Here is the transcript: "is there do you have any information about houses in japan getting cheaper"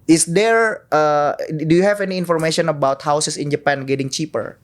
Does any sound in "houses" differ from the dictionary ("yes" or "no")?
yes